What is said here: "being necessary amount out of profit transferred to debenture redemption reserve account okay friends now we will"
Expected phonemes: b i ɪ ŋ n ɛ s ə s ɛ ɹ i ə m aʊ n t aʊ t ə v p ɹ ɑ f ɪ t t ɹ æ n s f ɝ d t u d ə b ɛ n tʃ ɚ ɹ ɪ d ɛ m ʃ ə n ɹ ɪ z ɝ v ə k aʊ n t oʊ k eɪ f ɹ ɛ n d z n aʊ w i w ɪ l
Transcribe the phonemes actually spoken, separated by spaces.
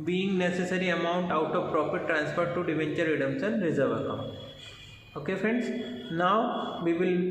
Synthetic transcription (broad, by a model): b i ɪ ŋ n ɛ s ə s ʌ ɹ i ə m aʊ n t aʊ t ə v p ɹ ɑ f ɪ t t ɹ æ n s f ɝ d t u d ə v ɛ n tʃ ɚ ɹ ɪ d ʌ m s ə n ɹ ɪ z ɝ v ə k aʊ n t oʊ k eɪ f ɹ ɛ n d s n aʊ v i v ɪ l